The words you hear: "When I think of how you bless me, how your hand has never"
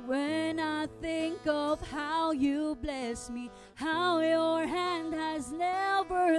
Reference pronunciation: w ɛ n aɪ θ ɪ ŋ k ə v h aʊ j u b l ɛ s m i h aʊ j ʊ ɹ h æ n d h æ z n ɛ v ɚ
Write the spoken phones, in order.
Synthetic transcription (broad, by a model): w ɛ n aɪ θ ɪ ŋ k ə v h aʊ j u b l ɛ s m i h aʊ j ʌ ɹ h æ n d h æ z n ɛ v ɚ